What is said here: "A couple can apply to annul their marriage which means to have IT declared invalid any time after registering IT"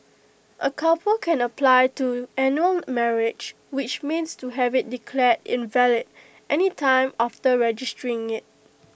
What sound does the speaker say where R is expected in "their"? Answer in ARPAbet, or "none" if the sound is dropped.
L